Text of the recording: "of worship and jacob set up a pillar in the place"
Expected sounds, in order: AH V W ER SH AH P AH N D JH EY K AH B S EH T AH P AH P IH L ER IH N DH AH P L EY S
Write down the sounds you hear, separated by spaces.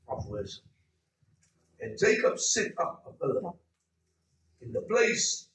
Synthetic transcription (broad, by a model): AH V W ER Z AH AH N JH EY K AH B S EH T AH P AH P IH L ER IH N DH AH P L EY S